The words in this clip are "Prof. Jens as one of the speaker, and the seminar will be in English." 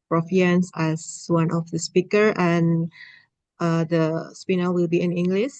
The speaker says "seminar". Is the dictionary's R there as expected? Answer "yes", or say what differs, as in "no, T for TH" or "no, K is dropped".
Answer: no, L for R